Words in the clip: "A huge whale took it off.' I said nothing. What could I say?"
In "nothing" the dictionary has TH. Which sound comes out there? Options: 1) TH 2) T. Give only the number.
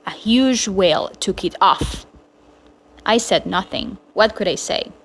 1